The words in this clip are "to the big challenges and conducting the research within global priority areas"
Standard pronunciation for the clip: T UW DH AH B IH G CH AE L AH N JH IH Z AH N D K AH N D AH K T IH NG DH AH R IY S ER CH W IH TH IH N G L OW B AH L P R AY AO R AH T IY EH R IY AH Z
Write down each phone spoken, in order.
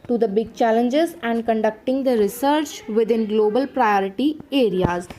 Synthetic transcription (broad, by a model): T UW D AH B IH G CH AE L AH N JH IH Z AH N D K AH N D AH K T IH NG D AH R IY S ER CH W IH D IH N G L OW B AH L P R AY AO R AH T IY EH R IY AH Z